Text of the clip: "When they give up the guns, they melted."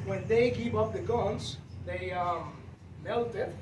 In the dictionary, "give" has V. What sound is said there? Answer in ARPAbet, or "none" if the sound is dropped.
P